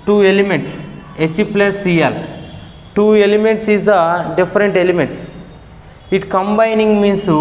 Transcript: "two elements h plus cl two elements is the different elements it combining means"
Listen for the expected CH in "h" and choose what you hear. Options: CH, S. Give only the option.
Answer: CH